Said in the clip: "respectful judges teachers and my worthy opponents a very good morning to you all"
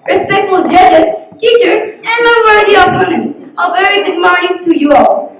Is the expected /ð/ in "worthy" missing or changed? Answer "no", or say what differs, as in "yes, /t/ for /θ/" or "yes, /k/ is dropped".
yes, /ð/ is dropped